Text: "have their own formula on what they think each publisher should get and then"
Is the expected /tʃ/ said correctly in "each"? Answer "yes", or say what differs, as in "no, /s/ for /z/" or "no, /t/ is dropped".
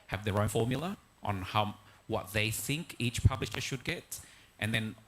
yes